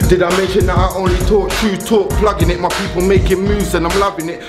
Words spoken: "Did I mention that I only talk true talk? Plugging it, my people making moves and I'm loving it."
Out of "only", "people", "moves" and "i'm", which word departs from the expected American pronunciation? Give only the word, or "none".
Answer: moves